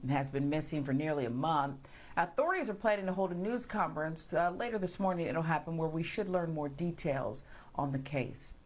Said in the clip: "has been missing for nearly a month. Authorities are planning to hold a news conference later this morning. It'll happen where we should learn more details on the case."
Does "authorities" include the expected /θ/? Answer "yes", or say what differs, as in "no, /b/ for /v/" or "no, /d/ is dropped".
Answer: yes